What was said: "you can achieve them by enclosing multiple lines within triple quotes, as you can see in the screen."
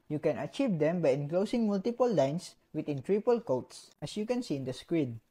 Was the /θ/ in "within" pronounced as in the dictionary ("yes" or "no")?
no